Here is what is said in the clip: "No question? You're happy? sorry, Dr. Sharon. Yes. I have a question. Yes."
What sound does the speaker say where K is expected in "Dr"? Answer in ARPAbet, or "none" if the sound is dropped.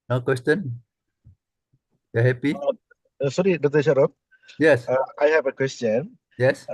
none